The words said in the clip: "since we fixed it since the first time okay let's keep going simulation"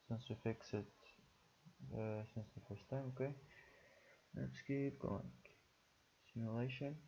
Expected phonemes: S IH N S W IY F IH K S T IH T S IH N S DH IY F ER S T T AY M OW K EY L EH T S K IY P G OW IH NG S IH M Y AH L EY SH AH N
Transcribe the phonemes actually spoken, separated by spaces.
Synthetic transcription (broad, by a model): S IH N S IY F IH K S IH T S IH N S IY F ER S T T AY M OW K EY N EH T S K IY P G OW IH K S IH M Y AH L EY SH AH N